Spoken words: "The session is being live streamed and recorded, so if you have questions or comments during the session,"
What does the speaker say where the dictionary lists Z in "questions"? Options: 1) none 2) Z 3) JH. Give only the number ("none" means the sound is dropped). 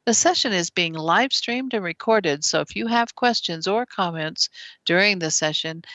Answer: 2